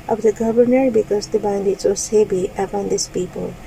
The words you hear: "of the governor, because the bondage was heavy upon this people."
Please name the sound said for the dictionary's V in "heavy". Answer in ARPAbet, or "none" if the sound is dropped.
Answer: B